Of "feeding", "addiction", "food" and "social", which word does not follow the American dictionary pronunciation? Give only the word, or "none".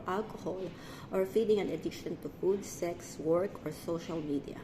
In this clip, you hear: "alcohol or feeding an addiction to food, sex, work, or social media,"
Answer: addiction